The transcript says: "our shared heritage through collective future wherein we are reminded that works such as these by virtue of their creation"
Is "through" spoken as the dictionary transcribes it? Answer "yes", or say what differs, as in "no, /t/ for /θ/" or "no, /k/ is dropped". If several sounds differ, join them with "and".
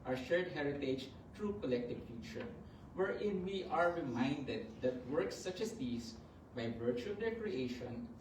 no, /t/ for /θ/